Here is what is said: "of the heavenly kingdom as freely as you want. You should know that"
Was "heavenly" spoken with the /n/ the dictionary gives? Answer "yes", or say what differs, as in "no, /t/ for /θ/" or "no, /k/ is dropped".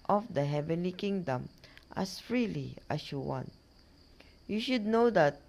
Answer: yes